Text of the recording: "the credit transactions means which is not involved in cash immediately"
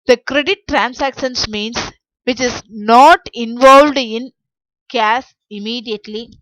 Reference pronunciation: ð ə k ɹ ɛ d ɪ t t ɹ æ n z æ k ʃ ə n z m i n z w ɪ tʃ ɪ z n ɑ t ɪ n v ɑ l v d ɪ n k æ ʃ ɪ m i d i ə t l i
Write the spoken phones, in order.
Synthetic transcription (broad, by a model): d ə k ɹ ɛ d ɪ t t ɹ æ n s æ k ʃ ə n s m i n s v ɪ tʃ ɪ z n ɑ t ɪ n v ɑ l v d ɪ n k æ s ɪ m i d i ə t l i